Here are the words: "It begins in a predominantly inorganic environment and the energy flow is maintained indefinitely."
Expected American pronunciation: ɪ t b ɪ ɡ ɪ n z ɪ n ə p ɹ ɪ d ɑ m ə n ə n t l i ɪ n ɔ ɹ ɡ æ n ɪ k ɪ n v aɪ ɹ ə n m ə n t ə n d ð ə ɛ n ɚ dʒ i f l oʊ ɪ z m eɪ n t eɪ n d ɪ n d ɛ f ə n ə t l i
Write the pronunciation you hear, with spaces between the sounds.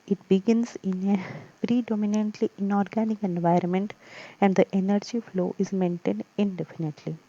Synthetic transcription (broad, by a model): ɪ t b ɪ ɡ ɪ n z ɪ n ə p ɹ ɪ d ɑ m ə n ə n t l i ɪ n ɔ ɹ ɡ æ n ɪ k ɪ n v aɪ ɹ ə n m ə n t ə n d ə ɛ n ɚ dʒ i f l oʊ ɪ z m eɪ n t eɪ n d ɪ n d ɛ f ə n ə t l i